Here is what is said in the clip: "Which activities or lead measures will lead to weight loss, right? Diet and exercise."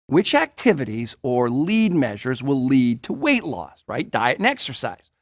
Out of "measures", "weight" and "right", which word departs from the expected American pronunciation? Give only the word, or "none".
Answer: none